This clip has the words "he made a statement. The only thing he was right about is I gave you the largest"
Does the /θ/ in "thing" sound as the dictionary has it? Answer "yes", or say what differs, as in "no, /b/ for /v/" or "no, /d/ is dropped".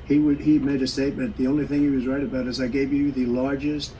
yes